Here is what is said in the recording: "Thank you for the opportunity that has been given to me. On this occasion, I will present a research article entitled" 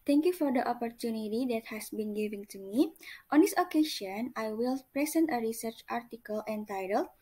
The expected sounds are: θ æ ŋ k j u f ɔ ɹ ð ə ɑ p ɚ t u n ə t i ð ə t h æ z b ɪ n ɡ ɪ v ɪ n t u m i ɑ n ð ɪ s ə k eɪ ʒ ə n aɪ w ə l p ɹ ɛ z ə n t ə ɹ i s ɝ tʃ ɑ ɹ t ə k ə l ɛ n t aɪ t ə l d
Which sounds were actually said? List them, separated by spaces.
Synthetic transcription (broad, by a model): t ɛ ŋ k j u f ɔ ɹ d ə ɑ p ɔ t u n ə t i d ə t h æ s b ɪ n ɡ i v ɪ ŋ t u m i ɑ n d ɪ s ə k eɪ ʃ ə n aɪ w ə l p ɹ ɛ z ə n t ə ɹ i s ɝ tʃ ɑ ɹ t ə k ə l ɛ n t aɪ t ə l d